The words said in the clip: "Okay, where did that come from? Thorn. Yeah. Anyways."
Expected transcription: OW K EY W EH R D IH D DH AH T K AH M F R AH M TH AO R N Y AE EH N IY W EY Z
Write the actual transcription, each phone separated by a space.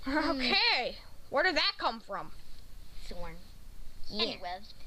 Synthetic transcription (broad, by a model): OW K EY W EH R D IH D DH AH T K AH M F R AH M S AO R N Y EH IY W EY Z